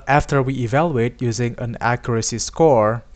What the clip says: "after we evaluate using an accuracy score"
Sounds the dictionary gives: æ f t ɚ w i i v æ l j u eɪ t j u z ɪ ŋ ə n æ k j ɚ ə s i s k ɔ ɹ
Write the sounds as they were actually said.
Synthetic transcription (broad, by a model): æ f t ɚ w i i v æ l j u eɪ t j u z ɪ ŋ ə n æ k j ɚ ə s i s k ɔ ɹ